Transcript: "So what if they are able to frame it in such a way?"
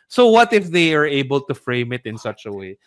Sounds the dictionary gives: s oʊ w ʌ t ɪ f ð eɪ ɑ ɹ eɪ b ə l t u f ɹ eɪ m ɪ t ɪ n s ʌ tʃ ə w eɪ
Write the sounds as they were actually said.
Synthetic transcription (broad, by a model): s oʊ w ʌ t ɪ f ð eɪ ɑ ɹ eɪ b ə l t u f ɹ eɪ m ɪ t ɪ n s ʌ tʃ ə w eɪ